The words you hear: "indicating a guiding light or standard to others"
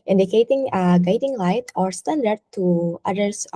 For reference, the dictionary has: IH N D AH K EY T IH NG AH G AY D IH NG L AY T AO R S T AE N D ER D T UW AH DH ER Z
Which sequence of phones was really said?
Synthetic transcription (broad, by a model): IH N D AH K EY T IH NG AH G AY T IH NG L AY T AO R S T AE N D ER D T UW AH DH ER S